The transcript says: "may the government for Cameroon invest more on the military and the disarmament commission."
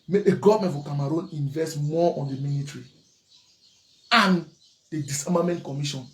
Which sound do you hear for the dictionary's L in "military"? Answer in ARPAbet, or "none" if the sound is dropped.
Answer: N